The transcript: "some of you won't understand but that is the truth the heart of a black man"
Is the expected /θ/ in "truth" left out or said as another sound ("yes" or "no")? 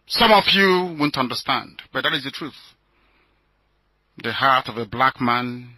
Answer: no